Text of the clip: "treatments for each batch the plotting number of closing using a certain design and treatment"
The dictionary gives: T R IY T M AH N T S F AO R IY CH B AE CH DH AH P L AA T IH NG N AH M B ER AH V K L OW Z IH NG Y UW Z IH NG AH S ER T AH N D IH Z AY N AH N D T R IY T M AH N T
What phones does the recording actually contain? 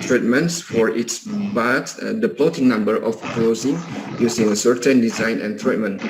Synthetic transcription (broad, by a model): T R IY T M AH N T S F AO R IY S B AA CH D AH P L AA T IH NG N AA M B ER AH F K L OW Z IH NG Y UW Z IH NG AH S ER T AH N D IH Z AY N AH N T R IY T M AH N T